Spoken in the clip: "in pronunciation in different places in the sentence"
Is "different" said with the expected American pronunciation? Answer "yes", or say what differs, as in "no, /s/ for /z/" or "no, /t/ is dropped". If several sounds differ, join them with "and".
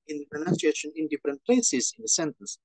yes